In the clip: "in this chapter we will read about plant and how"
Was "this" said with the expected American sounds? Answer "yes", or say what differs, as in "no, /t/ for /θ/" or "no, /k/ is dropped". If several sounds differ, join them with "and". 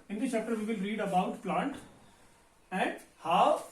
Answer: no, /s/ is dropped